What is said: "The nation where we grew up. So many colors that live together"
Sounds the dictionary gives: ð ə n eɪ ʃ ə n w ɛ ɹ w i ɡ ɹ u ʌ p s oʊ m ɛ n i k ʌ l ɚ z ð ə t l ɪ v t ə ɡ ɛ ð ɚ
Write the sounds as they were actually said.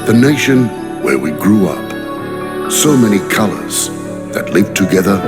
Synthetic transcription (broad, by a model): ð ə n eɪ ʃ ə n w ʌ ɹ w i ɡ ɹ u ʌ p s oʊ m ɛ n i k ʌ l ɚ z ð ə t l ɪ v t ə ɡ ɛ ð ɚ